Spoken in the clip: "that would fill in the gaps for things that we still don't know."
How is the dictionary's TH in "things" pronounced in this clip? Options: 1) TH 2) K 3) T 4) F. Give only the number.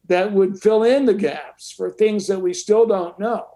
1